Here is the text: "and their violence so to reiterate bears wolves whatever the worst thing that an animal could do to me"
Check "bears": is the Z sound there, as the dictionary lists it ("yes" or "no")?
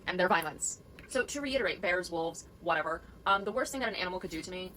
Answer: yes